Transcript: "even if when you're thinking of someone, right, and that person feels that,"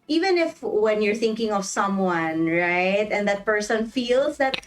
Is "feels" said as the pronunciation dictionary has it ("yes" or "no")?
no